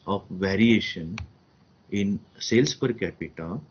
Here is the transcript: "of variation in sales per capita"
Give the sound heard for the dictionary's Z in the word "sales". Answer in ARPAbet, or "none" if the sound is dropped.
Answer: S